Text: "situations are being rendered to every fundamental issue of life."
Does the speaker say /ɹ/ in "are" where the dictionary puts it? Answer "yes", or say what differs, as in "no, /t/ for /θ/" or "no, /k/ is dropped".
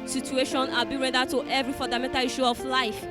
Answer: no, /l/ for /ɹ/